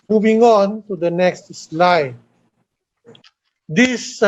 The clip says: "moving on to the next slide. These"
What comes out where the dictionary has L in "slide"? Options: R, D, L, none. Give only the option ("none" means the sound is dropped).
L